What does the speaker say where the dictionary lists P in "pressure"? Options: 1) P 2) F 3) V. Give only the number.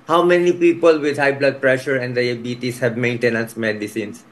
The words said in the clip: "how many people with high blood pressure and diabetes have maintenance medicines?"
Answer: 1